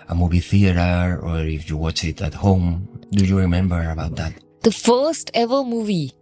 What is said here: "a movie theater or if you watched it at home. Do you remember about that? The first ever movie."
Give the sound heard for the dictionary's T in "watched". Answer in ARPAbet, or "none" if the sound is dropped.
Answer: none